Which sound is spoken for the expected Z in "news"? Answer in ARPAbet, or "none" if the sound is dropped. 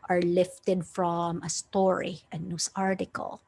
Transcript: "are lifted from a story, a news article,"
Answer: S